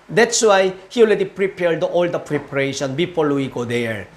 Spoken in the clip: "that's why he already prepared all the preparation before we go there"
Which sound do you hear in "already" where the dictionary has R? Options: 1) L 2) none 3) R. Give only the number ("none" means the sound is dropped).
1